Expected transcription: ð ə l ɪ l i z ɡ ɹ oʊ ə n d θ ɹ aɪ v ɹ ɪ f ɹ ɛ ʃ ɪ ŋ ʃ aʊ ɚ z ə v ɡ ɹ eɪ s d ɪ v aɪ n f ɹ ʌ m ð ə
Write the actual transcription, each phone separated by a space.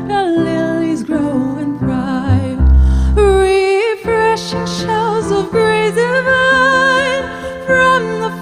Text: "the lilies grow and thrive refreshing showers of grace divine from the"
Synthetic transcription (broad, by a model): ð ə l ɪ l i z ɡ ɹ oʊ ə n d ɹ aɪ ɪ ɹ ɪ f ɹ ɛ ʃ ɪ ŋ ʃ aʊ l z ə v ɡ ɹ eɪ d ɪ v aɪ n f ɹ ʌ m ð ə